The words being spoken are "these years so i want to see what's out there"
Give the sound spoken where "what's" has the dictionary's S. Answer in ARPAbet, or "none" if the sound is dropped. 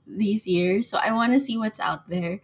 S